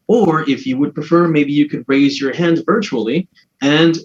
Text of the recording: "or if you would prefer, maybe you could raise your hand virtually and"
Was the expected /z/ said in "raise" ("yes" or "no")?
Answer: yes